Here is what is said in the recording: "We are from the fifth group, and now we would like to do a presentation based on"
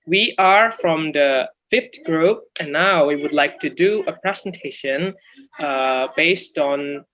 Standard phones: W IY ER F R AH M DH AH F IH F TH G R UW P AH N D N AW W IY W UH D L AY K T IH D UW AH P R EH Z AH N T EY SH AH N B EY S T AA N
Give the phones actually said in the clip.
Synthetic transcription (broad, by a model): W IY ER F R AH M DH AH F IH F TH G R UW P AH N N AW W IY W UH D L AY K T IH D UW AH P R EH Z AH N T EY SH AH N B EY S T N